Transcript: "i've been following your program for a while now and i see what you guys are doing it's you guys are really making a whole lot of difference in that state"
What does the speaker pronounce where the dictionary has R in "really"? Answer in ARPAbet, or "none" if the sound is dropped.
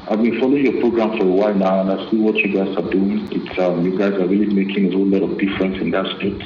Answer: R